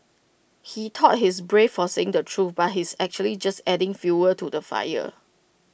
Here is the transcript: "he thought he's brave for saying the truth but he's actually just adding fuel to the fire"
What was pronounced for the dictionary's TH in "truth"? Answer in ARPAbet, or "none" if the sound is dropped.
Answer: F